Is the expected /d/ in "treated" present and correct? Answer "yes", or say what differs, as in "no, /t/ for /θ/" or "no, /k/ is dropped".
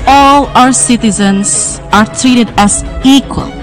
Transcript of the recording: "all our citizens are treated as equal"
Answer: yes